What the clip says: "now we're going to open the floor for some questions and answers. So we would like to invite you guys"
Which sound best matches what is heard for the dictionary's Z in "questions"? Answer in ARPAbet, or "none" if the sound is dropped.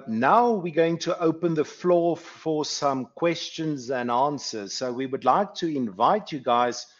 Z